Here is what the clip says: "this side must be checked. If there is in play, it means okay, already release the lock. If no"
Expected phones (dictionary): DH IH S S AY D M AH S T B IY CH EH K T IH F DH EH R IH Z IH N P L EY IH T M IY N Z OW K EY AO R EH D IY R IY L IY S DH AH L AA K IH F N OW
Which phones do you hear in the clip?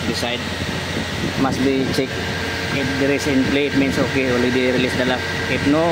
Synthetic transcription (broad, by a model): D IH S S AY D M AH S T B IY CH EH K IH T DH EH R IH S IH N P L EY IH T M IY N S OW K EY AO L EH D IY R IY L IY S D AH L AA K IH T N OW